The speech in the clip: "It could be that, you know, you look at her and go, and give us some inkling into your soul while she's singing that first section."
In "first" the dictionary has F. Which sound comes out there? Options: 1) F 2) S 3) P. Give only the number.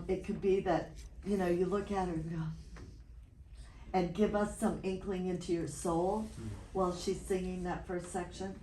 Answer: 1